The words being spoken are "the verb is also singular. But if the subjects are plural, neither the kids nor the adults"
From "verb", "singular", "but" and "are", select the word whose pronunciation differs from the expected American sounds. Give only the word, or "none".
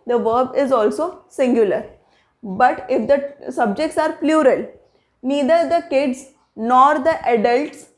none